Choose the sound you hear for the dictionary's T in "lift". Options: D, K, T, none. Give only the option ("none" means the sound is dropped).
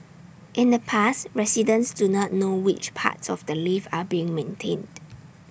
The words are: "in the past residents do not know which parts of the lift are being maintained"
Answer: none